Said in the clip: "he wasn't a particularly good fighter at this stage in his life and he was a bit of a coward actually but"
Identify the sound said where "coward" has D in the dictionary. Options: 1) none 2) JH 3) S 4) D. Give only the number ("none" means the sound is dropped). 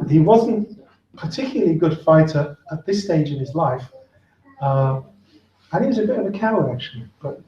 1